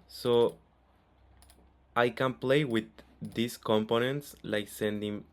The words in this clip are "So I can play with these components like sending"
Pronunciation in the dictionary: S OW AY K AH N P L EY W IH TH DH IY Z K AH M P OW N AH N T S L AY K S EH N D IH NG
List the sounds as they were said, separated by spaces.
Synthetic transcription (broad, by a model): S OW AY K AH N P L EY W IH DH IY S K AH M P OW N AH N T S L AY K S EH N D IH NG